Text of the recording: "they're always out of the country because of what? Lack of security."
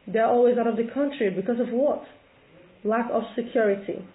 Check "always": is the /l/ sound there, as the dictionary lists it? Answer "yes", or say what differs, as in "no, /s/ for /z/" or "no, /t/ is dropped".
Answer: yes